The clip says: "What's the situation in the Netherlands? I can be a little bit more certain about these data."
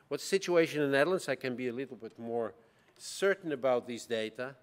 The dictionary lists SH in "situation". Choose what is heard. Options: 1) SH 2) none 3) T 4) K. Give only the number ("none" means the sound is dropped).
2